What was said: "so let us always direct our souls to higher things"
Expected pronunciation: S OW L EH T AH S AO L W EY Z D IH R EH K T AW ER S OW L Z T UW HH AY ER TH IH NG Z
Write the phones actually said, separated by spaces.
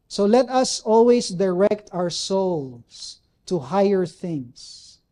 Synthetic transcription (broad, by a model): S OW L EH T AH S AO L W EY S D IH R EH K T AW ER S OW L S T UW HH AY ER TH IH NG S